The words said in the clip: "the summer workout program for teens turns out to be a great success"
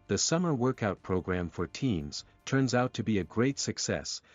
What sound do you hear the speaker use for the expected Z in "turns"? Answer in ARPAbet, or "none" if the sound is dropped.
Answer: Z